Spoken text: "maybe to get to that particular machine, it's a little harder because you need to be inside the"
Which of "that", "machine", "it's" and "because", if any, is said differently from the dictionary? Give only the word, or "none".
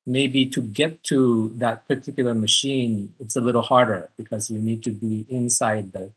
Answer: none